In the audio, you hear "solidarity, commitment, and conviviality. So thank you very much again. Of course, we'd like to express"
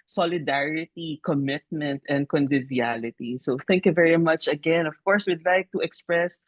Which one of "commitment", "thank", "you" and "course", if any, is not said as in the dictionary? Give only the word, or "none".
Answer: none